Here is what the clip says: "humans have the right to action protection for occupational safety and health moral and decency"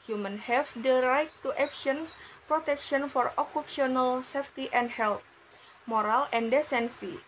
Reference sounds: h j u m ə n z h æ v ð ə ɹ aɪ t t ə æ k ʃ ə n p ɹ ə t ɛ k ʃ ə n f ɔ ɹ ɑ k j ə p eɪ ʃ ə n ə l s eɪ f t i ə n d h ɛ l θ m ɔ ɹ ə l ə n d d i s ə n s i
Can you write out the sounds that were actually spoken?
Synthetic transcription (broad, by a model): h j u m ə n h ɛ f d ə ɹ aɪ t t ə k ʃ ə n p ɹ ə t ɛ k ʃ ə n f ɔ ɹ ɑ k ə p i ə n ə l s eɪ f t i ə n d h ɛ l t m ɔ ɹ ə l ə n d d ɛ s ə n s i